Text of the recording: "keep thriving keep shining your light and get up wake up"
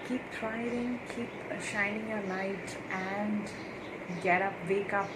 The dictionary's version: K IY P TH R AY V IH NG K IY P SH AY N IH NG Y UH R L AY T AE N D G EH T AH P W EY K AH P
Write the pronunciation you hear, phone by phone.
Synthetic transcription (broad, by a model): K IY P T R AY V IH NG K IY P SH AY N IH NG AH L AY T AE N D G EH T AH P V EY K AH P